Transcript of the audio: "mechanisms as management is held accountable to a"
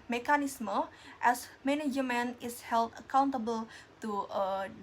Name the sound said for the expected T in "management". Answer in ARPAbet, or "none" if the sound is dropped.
none